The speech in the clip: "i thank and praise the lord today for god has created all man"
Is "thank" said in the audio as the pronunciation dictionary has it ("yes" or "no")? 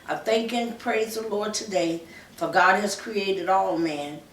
yes